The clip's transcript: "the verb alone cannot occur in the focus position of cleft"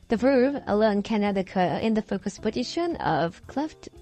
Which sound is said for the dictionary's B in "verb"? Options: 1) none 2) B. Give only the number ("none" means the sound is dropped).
1